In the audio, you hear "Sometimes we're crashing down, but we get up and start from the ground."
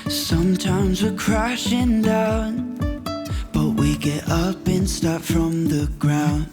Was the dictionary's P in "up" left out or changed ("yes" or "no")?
no